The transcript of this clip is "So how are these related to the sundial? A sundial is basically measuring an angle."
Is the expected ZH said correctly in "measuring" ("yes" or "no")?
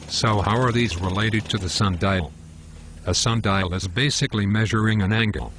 yes